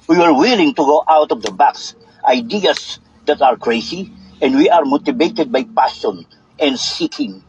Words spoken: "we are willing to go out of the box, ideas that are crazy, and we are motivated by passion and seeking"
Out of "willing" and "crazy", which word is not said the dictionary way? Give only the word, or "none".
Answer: crazy